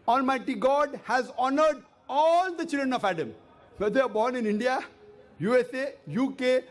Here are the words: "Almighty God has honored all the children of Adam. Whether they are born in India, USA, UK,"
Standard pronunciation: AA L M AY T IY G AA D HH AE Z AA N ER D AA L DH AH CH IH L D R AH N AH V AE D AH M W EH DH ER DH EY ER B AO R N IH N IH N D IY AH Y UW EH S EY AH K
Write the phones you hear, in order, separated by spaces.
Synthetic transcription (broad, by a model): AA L M AY T IY G AA D HH AE Z AA N ER D AA L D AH CH IH L D R AH N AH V AE D AH M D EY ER B AO R N IH N IH N D IY AH Y UW EH S EY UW K